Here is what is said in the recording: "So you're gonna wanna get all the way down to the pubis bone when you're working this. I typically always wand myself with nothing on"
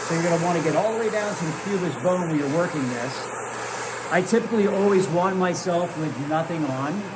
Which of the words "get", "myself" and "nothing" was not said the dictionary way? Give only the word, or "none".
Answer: none